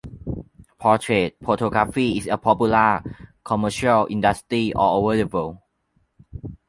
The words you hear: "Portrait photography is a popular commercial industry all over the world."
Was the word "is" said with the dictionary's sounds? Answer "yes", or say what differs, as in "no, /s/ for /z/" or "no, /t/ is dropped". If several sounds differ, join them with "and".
no, /s/ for /z/